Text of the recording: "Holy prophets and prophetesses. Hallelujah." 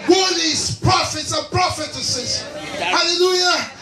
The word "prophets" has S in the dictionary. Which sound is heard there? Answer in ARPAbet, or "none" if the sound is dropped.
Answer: S